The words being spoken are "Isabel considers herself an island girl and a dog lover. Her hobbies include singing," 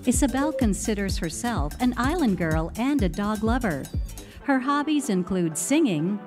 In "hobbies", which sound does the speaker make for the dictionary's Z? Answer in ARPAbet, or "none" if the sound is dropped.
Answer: Z